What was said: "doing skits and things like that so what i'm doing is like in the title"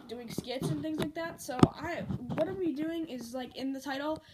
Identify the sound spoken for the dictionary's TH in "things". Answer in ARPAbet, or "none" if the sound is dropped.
TH